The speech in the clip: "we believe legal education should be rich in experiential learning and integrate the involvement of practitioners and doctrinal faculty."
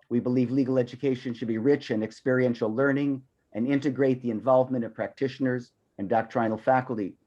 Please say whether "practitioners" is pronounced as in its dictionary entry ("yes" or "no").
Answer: yes